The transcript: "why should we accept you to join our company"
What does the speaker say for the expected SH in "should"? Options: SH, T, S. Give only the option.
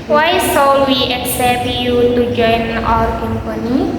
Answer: S